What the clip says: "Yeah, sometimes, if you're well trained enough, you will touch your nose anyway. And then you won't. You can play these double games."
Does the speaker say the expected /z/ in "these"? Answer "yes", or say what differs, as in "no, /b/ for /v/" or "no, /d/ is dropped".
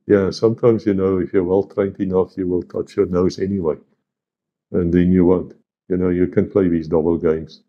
yes